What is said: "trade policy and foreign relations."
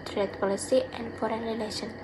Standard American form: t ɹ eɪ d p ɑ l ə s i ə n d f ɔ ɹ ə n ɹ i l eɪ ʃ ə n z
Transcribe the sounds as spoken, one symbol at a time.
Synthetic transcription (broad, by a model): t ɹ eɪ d p ɑ l ə s i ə n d f ɔ ɹ ə n ɹ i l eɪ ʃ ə n